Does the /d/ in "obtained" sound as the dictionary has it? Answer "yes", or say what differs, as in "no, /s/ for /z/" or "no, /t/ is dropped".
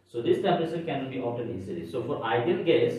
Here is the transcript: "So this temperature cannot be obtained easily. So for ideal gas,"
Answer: no, /d/ is dropped